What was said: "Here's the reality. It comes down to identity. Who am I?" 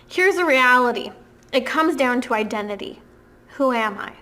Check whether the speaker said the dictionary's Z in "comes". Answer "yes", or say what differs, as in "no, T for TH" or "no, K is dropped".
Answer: yes